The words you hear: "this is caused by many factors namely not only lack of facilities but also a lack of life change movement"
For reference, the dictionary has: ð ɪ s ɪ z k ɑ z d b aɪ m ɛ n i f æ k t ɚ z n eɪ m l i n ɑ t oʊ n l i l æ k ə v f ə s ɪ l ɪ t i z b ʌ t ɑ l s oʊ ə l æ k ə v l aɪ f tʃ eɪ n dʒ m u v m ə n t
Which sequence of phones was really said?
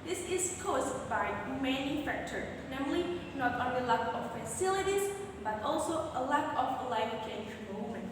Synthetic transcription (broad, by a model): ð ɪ s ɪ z k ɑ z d b aɪ m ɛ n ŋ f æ k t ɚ n eɪ m l i n ɑ t oʊ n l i l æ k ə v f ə s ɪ l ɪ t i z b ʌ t ɑ l s oʊ ə l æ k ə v l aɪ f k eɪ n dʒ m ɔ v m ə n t